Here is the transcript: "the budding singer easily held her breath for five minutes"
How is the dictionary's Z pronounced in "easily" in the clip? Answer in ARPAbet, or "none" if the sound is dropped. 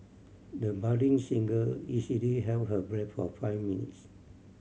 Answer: S